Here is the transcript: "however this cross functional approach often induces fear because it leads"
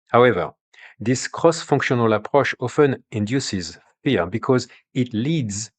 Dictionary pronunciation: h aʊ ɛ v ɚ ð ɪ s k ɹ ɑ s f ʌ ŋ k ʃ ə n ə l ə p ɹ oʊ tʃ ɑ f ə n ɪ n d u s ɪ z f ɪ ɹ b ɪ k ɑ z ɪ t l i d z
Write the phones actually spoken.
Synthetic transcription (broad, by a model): h aʊ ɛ v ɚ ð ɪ s k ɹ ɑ s f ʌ ŋ k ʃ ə n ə l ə p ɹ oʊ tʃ ɑ f ə n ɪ n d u s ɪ z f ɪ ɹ b ɪ k ɑ z ɪ t l i d z